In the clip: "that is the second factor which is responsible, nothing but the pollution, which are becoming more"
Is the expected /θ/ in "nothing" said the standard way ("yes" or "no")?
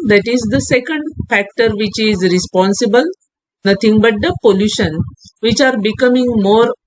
no